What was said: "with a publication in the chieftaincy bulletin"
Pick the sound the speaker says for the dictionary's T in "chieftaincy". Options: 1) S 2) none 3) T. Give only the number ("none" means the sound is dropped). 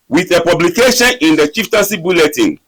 3